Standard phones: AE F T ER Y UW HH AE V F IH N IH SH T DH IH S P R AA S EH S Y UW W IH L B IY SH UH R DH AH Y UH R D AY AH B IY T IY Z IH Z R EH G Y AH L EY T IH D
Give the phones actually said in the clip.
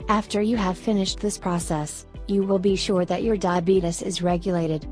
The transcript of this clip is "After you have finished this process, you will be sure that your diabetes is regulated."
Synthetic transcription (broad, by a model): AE F T ER Y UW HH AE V F IH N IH SH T DH IH S P R AA S EH S Y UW W IH L B IY SH UH R DH AH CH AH R D AY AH B IY T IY S IH Z R EH G Y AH L EY T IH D